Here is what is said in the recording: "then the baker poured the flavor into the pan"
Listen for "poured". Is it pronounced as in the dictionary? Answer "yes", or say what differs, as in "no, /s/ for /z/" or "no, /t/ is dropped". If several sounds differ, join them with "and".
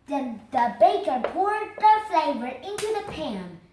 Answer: yes